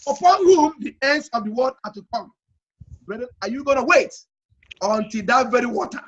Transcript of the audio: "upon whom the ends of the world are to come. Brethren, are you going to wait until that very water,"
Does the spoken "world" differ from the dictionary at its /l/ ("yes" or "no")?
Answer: yes